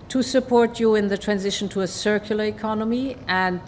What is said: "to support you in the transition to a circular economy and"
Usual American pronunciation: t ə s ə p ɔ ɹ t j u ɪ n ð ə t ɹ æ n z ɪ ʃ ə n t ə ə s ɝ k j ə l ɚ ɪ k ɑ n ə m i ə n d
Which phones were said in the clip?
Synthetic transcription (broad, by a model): t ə s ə p ɔ ɹ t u ɪ n ð ə t ɹ æ n z ɪ ʃ ə n t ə ə s ɝ k j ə l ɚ ɪ k ɑ n ə m i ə n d